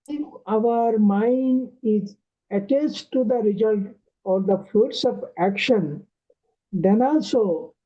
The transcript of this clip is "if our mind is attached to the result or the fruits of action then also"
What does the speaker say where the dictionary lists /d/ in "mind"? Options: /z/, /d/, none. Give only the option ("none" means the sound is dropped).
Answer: /d/